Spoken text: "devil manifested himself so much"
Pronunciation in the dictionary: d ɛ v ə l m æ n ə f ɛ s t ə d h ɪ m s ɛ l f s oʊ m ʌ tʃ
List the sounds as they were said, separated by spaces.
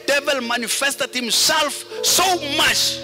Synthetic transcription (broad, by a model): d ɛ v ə l m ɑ n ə f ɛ s t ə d h ɪ m s ɛ l f s oʊ m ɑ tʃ